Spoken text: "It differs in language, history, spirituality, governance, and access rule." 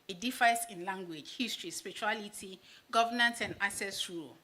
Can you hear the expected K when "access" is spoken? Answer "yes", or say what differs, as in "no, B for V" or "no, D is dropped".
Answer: no, K is dropped